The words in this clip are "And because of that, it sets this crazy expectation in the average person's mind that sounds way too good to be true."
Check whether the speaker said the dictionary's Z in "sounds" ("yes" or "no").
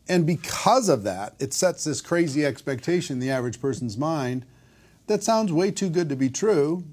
yes